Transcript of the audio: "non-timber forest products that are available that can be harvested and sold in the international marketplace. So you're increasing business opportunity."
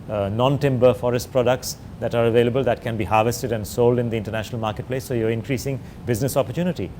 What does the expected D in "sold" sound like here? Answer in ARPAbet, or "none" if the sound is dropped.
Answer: D